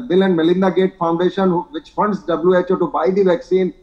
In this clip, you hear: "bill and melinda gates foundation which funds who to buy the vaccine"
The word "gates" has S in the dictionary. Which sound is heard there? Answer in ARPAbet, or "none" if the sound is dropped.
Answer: none